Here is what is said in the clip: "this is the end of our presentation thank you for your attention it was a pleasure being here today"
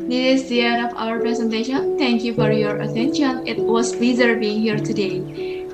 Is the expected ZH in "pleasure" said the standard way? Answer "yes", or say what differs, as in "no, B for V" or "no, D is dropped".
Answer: no, Z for ZH